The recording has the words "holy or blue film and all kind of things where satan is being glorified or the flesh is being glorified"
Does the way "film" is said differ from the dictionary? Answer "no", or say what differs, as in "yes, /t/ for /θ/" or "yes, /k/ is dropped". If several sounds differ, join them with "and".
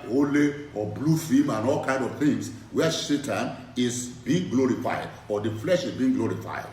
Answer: yes, /l/ is dropped